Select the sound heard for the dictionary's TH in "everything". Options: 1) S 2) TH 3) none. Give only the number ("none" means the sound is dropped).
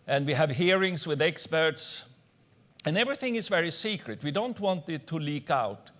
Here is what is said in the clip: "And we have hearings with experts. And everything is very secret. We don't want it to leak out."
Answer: 2